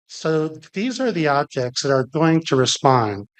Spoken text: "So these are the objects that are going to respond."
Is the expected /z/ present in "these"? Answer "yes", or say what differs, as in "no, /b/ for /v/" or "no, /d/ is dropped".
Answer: yes